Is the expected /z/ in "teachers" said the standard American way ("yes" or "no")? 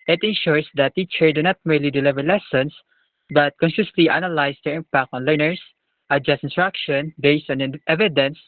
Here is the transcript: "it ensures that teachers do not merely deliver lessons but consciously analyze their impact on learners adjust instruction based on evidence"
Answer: no